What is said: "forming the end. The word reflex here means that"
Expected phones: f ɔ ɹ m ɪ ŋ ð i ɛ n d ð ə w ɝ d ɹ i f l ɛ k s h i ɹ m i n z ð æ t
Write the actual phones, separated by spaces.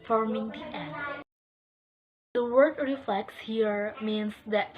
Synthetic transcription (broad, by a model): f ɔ ɹ m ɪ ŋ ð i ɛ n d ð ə w ɝ d ɹ i f l ɛ k s h i ɹ m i n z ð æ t